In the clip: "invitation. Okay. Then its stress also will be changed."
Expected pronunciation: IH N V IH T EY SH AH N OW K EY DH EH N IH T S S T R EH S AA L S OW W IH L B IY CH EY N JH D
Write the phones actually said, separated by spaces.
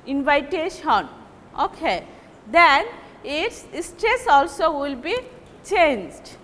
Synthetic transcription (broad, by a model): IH N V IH T EY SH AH N OW K EY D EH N IH T S S T R EH S AA L S OW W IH L B IY CH EY N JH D